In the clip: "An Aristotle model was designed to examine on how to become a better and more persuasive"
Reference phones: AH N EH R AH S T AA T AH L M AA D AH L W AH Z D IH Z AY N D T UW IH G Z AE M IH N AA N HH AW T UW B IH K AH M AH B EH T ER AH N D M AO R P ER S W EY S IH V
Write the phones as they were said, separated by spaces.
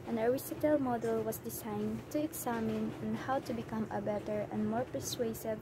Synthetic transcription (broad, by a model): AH N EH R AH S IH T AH L M AA D AH L W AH S D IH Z AY N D T UW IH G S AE M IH N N HH AW T UW B IH K AH M AH B EH T ER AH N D M AO R P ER S W EY S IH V